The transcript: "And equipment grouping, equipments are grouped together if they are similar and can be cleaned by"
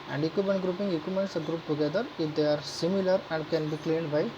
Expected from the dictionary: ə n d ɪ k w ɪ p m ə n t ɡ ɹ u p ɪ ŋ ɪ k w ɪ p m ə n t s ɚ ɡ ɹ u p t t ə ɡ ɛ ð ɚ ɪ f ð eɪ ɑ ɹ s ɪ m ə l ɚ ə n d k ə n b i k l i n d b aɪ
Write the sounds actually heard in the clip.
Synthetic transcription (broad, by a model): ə n d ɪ k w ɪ m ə n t ɡ ɹ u p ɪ ŋ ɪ k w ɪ m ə n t s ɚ ɡ ɹ u p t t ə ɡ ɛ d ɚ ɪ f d eɪ ɑ ɹ s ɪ m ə l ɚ ə n d k ə n b i k l i n d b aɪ